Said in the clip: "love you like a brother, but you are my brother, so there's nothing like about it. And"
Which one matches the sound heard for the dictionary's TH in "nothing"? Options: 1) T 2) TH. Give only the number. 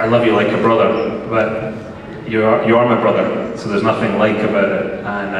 2